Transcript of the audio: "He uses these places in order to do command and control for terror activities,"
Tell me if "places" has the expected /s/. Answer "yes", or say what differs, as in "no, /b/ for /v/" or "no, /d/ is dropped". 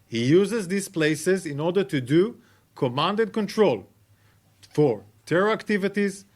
yes